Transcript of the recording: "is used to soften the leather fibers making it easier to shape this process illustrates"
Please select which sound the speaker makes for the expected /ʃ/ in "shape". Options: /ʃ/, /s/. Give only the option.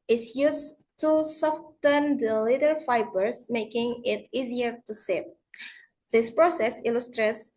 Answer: /s/